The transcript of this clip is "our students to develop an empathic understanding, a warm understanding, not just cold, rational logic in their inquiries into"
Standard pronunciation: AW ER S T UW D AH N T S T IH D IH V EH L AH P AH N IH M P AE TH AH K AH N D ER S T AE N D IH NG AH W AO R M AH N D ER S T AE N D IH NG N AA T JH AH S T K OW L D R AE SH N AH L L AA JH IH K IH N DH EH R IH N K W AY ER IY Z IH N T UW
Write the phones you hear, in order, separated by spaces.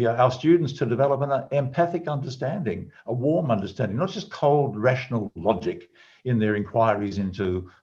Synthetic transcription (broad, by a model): AW ER S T UW D N T S T IH D IH V EH L AH P AH N IH M P AE TH AH K AH N D ER S T AE N D IH NG AH W AO R M AH N D ER S T AE N D IH NG N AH T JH AH S K OW L D R AE SH N L L AA JH IH K IH N DH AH R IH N K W AY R IY Z IH N T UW